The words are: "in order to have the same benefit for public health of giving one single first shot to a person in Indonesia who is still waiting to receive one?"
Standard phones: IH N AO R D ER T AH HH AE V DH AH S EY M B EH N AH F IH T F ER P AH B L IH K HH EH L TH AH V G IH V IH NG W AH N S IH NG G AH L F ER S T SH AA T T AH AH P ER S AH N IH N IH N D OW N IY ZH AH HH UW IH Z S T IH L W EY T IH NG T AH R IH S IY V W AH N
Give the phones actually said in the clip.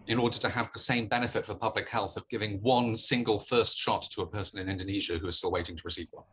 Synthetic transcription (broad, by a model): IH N AO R D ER T AH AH V DH AH S EY M B EH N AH F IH T F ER P AH B L IH K HH EH L TH AH V G IH V IH NG W AH N S IH NG G AH L F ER S T SH AA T T AH AH P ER S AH N IH N IH N D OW N IY ZH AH HH UW IH Z S T IH L W EY T IH NG T AH R IH S IY V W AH